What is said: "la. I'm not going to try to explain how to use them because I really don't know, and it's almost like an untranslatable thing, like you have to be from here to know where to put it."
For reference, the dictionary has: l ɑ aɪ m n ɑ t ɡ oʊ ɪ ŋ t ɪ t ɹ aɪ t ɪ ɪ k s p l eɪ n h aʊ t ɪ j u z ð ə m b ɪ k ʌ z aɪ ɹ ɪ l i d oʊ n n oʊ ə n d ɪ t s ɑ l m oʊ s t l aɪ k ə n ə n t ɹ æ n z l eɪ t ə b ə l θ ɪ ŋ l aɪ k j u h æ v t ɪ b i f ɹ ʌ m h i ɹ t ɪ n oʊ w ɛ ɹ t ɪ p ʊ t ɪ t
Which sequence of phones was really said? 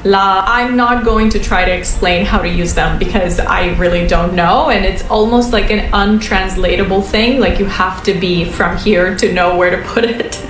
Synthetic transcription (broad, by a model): l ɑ aɪ m n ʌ t ɡ oʊ ɪ ŋ t ɪ t ɹ aɪ t ɪ ɪ k s p l eɪ n h aʊ t ɪ j u z ð ə m b ɪ k ʌ z aɪ ɹ ɪ l i d oʊ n n oʊ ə n ɪ t s ɑ l m oʊ s t l aɪ k ə n ə n t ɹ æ n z l eɪ t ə b l θ ɪ ŋ l aɪ k j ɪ h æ f t ɪ b i f ɹ ʌ m h i ɹ t ɪ n oʊ w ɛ ɹ t ɪ p ʊ t ɪ t